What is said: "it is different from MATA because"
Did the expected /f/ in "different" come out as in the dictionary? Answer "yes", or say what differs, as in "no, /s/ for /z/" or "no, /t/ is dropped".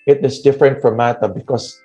yes